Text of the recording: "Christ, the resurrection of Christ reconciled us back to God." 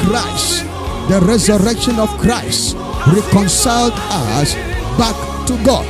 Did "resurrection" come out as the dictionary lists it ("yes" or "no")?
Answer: yes